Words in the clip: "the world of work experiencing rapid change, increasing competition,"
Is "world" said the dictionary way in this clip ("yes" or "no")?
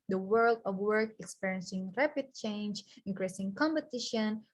yes